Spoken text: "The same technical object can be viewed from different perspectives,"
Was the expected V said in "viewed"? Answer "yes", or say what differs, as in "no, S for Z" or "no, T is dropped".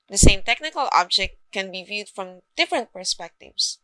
yes